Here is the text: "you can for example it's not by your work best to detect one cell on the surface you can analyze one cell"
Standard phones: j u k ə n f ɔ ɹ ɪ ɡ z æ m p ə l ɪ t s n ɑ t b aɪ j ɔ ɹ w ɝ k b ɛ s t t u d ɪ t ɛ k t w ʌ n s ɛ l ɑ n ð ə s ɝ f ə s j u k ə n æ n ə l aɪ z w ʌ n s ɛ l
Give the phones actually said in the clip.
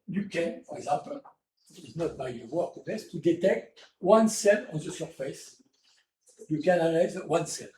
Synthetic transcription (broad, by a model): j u k ə n f ɔ ɹ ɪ ɡ z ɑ p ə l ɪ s n ɑ t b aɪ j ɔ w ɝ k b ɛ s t t u d ɪ t ɛ k t w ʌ n s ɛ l ɑ n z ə s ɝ f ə s j u k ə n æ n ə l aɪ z w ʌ n s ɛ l